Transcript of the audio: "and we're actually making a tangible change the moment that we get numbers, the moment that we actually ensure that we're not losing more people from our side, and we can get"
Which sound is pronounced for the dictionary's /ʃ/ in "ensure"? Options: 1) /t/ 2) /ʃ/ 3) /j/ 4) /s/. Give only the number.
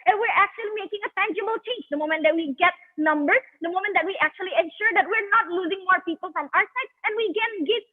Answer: 2